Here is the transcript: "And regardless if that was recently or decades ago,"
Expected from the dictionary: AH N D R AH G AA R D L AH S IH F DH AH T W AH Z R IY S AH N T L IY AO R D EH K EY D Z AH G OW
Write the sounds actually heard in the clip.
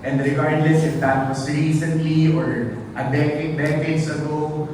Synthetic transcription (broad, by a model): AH N D R AH G AA R D L AH S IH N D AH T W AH S R IY S AH N T L IY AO R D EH K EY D S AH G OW